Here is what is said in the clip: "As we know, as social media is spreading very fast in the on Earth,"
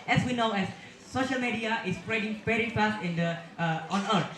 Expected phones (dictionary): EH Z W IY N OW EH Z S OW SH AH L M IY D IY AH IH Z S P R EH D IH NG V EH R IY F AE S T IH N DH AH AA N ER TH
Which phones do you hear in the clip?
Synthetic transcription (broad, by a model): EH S W IY N OW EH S S OW SH AH L M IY D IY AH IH S P R EH D IH NG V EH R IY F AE S T IH N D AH AA N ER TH